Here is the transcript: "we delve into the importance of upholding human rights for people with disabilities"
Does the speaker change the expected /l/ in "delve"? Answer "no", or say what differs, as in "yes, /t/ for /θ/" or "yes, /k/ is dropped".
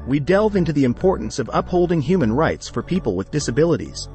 no